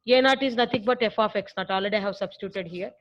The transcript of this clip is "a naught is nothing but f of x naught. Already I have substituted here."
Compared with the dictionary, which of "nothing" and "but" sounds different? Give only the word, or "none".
nothing